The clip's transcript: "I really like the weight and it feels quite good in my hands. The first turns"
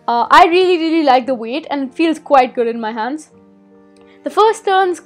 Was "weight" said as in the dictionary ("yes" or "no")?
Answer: yes